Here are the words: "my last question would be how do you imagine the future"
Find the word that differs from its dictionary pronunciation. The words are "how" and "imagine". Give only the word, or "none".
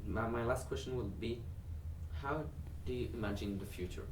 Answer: none